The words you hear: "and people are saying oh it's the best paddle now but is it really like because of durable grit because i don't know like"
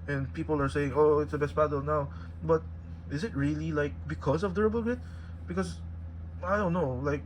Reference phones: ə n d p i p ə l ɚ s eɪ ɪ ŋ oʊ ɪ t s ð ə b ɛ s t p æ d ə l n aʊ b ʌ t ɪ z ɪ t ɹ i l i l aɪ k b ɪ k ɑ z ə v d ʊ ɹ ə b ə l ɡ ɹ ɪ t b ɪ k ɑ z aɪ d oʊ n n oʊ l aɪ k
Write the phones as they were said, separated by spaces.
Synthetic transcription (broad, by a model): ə n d p i p ə l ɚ s eɪ ɪ ŋ oʊ ɪ t s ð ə b ɛ s t b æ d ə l n aʊ b ʌ t ɪ z ɪ t ɹ i l i l aɪ k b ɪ k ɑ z ə v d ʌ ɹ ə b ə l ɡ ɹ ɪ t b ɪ k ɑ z aɪ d oʊ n n oʊ l aɪ k